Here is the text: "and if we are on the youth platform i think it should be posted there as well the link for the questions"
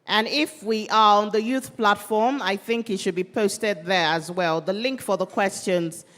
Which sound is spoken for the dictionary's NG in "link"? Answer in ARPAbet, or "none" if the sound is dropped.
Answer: NG